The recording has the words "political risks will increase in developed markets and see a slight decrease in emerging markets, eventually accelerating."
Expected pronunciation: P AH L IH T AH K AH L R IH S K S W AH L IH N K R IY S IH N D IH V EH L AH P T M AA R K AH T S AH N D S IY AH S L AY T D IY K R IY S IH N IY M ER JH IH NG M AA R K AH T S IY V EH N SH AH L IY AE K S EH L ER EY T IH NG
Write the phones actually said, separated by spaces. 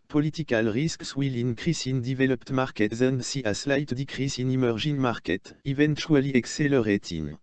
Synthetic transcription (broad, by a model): P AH L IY T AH K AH L R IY S K S W AH L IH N K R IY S IH N D IH V EH L AH P T M AA R K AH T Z AH N D S IY AH S L AY T D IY K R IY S IH N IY M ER ZH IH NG M AA R K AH T IY V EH N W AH L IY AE K S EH L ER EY T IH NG